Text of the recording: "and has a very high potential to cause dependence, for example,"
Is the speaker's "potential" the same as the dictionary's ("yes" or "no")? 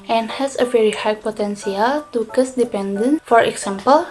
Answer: no